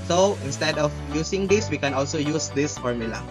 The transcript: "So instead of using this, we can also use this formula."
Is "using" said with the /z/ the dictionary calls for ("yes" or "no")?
no